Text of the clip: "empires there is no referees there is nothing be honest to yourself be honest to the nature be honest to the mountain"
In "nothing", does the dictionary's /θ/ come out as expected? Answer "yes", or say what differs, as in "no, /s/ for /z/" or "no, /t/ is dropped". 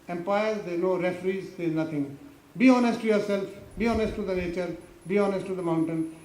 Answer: no, /t/ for /θ/